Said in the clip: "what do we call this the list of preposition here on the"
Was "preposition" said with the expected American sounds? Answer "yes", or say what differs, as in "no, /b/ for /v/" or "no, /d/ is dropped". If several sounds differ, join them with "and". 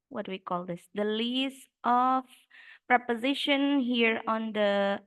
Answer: yes